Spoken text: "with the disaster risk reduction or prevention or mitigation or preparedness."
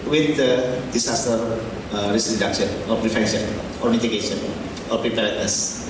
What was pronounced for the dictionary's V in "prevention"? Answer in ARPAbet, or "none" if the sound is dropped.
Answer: F